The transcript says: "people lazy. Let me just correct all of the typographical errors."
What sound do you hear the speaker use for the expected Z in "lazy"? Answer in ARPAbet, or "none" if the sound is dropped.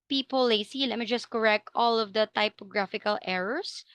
S